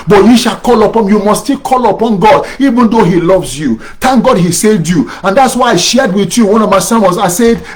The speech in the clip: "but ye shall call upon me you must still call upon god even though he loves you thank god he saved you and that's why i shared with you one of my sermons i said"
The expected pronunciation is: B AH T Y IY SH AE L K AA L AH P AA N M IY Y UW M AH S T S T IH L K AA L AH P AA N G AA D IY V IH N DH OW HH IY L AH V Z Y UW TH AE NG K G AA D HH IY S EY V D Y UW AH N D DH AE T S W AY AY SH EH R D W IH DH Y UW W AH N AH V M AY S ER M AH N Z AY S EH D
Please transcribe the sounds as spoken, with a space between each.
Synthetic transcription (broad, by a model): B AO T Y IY SH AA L K AA L AH P AA N Y UW M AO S S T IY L K AA L AH P AA N G AA D IY V IH N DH OW HH IY L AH V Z Y UW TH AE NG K G AA D HH IY S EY D Y UW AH N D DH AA T S W AY AY SH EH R D W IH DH Y UW W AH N AH V M AY S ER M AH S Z AY S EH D